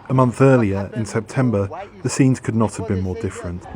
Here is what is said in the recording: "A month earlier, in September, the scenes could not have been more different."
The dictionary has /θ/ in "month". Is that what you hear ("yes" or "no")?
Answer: yes